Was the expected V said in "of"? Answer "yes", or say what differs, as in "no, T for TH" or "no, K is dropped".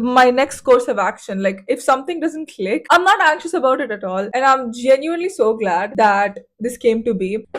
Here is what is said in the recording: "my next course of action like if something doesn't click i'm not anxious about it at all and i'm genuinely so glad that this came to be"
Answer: yes